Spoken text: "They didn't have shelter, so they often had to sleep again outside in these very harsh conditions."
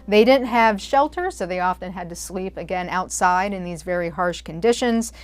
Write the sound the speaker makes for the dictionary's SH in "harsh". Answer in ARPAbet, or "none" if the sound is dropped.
SH